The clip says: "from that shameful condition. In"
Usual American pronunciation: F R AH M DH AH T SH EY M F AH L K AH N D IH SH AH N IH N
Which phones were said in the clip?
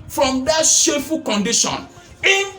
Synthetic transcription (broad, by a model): F R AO M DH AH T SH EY F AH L K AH N D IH SH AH N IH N